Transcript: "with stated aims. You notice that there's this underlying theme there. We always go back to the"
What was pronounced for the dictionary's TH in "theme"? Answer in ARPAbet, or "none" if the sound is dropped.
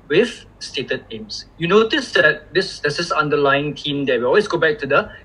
T